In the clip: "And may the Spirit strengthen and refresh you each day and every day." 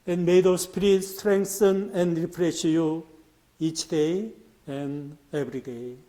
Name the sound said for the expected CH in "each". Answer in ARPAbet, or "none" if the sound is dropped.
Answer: CH